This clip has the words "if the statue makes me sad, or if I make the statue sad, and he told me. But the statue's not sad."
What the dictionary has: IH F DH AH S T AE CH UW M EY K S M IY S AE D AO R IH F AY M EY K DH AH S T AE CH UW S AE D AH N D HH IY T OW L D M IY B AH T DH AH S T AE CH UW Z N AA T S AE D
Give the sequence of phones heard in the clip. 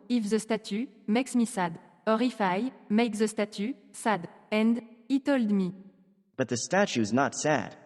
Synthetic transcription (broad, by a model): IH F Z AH S T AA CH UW M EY K S M IY S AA D AO R IH F AY M EY K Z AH S T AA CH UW S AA D AH N D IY T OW L D M IY B AH T DH AH S T AE CH UW Z N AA T S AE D